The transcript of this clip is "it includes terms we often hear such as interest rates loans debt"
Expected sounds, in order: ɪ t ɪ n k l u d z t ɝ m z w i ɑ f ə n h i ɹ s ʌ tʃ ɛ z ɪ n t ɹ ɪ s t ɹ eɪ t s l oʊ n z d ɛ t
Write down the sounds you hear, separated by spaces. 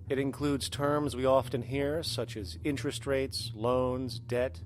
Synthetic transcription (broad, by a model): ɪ t ɪ n k l u d z t ɝ m z w i ɑ f ə n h i ɹ s ʌ tʃ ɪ z ɪ n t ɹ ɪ s t ɹ eɪ t s l oʊ n z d ɛ t